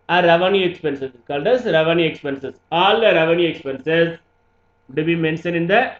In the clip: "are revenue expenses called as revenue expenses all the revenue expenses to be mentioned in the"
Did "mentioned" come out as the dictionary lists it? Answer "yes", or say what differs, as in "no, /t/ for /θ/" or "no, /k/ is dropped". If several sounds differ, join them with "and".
no, /d/ is dropped